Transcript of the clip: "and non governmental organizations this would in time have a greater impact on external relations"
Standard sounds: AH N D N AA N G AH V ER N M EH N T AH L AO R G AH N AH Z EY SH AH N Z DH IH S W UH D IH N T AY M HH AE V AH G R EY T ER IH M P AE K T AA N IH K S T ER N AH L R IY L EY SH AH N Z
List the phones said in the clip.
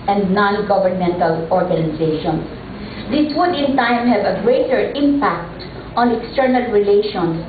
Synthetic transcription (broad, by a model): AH N D N AA N G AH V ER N M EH N T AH L AO R G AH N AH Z EY SH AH N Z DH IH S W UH D IH N T AY M HH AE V AH G R EY T ER IH M P AE K T AA N IH K S T ER N AH L R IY L EY SH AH N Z